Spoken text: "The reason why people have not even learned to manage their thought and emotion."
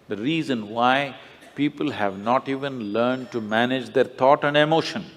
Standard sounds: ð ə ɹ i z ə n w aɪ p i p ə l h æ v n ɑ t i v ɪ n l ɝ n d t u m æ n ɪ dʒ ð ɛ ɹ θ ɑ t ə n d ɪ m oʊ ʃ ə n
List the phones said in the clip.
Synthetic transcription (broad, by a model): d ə ɹ i z ə n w aɪ p i p ə l h æ v n ɑ t i v ɪ n l ɝ n d t u m æ n ɪ dʒ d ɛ ɹ t ɑ t ə n d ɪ m oʊ ʃ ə n